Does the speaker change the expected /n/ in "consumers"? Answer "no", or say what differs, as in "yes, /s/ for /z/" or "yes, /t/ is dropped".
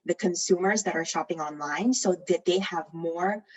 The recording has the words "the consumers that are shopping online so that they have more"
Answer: no